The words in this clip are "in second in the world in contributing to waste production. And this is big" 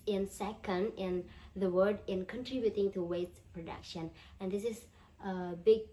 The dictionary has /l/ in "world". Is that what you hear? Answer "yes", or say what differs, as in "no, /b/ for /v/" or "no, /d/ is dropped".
no, /l/ is dropped